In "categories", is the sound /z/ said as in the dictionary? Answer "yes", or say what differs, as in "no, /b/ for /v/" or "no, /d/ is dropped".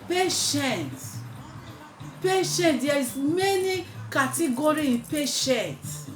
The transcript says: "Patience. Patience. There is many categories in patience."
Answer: no, /z/ is dropped